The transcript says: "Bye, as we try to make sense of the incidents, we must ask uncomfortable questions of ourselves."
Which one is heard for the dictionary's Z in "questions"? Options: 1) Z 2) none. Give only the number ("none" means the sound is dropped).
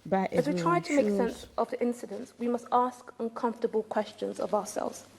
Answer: 1